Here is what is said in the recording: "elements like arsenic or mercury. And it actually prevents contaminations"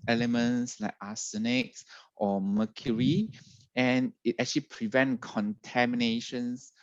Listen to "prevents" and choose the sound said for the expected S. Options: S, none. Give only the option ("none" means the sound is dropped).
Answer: none